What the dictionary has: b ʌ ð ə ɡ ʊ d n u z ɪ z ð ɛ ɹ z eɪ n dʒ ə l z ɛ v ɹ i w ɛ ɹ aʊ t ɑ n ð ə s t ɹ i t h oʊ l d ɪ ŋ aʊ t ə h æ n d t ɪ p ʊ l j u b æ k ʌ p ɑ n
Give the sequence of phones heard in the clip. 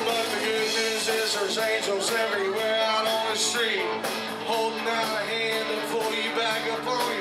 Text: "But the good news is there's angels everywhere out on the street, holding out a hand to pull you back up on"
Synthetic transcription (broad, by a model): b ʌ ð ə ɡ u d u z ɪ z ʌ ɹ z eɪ n dʒ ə l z ɛ v ɹ i w ɛ ɹ aʊ t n ð ə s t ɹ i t h oʊ l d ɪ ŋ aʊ ə h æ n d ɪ f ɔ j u b æ k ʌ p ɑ